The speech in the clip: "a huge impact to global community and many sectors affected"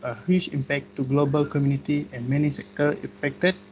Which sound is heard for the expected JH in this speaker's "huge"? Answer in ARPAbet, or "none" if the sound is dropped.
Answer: CH